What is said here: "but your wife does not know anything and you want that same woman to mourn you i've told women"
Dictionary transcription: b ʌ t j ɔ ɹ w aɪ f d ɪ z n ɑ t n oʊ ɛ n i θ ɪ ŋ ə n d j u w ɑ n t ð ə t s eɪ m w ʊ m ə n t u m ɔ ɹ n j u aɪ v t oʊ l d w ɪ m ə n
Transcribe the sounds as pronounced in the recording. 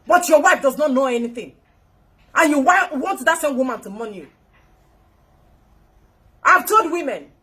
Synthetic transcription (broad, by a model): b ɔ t j ɔ w aɪ f d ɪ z n ɑ t n oʊ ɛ n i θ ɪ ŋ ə n j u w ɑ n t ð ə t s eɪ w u m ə n t u m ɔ n j u aɪ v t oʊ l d w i m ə n